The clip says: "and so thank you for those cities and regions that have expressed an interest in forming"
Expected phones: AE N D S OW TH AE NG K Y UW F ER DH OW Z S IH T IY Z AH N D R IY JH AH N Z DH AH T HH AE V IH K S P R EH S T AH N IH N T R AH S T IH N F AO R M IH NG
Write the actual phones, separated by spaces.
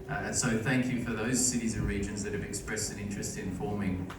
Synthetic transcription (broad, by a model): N S OW TH AE NG K Y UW F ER DH OW Z S IH T IY Z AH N R IY JH AH N Z DH AH T HH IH V IH K S P R EH S T AH N IH N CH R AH S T IH N F AO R M IH NG